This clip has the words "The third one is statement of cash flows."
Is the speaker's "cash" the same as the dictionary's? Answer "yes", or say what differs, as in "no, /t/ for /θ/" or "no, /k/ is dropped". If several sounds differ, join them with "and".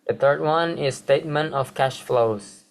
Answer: yes